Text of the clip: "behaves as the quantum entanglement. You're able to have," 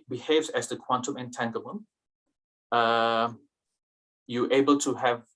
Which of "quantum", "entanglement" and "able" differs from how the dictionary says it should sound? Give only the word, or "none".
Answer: entanglement